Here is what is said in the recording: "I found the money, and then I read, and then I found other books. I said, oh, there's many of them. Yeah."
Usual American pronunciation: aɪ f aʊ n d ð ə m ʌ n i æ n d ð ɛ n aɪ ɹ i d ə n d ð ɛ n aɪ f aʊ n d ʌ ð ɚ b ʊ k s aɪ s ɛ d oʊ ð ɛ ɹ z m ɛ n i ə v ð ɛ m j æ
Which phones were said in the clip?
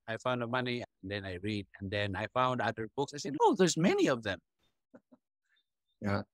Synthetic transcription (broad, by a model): aɪ f aʊ n d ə m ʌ n i n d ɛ n aɪ ɹ i d ə n d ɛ n aɪ f aʊ n d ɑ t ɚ b ʊ k s aɪ s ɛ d oʊ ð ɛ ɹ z m ɛ n i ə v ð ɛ m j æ